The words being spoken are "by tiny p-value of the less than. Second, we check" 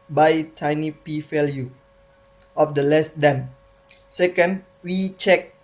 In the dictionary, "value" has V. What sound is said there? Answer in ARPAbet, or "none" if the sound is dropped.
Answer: F